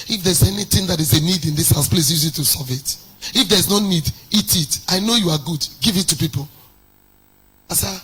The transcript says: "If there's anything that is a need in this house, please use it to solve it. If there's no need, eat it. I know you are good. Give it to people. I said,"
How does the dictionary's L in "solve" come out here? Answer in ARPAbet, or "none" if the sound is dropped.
none